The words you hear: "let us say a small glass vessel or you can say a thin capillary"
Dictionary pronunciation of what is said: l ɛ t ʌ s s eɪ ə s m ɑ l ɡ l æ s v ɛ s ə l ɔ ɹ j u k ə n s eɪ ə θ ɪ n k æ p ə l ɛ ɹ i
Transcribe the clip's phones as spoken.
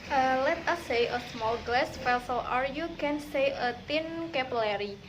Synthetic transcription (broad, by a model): l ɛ t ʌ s s eɪ ə s m ɑ l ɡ l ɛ s f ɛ s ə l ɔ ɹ j u k ə n s eɪ ə t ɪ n k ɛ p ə l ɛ ɹ i